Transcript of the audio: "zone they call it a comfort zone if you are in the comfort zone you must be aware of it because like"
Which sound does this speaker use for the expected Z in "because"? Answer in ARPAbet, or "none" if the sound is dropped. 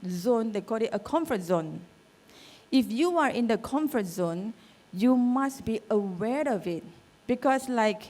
S